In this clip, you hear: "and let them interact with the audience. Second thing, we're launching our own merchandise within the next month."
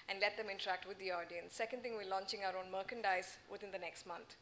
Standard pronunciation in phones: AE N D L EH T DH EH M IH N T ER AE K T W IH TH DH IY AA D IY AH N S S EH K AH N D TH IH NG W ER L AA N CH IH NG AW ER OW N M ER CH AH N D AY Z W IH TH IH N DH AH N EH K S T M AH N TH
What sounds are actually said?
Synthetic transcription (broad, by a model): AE N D L EH T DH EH M IH N T ER AE K T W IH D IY AA D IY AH N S S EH K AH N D T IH NG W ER L AA N CH IH NG AW ER OW N M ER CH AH N D AY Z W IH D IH N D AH N EH K S T M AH N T